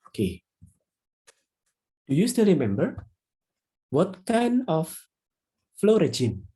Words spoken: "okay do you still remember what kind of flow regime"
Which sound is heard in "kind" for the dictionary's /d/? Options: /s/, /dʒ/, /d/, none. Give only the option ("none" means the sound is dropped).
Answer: none